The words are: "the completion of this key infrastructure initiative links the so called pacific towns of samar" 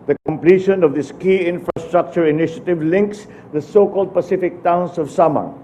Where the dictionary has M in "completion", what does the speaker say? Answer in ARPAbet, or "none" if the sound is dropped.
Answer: M